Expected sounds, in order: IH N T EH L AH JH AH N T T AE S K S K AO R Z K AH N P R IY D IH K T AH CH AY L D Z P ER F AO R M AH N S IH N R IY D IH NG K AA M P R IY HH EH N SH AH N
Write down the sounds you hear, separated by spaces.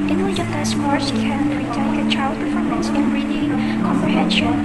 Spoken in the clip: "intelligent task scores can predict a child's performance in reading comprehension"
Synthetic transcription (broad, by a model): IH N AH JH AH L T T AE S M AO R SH K AH N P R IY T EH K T AH CH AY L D P ER F AO R M AH N S IH N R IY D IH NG K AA M P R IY HH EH N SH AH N